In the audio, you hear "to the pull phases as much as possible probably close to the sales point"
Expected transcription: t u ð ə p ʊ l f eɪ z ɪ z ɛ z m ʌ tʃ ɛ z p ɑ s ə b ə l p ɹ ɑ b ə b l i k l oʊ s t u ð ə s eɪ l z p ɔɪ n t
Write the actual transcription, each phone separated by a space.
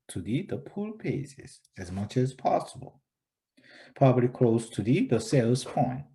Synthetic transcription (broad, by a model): t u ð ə p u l p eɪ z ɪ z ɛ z m ʌ tʃ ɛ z p ɑ s ə b ə l p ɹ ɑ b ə l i k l oʊ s t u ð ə s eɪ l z p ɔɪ n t